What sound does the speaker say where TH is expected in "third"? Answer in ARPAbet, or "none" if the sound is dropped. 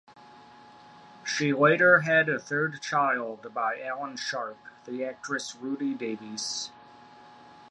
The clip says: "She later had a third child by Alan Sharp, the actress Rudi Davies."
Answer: TH